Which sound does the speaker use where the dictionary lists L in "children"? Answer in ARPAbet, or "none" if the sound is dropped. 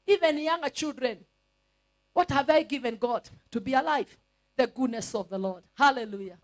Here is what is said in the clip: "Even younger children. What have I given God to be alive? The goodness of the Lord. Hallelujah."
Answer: L